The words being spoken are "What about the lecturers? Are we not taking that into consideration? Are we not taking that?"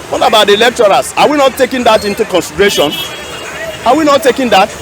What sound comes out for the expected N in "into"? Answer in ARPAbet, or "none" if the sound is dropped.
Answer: N